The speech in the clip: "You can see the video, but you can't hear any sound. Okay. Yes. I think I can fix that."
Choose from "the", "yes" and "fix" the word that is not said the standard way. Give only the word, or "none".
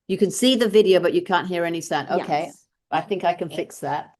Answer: yes